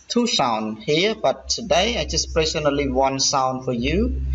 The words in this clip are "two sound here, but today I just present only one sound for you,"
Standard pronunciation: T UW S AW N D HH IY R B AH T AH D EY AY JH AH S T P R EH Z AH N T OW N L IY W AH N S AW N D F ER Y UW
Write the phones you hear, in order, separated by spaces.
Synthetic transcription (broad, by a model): T UW S AW N D HH IY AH B AH T AH D EY AY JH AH S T P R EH S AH N OW L IY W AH N S AW N D F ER Y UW